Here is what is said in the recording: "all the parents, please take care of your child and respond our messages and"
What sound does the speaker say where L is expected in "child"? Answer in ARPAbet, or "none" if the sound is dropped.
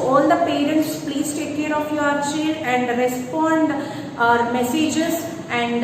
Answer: none